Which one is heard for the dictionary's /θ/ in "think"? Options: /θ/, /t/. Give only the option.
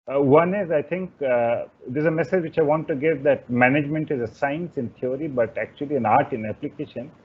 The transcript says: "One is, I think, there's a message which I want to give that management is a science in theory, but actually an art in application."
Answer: /t/